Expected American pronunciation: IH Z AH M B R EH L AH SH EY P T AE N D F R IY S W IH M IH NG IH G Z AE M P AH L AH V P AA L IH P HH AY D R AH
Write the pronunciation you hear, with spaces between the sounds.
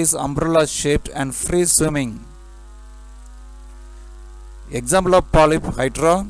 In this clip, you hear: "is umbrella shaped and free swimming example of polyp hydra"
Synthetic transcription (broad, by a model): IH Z AH M B R EH L AH SH EY P T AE N D F R IY S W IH M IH NG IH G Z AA M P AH L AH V P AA L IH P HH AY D R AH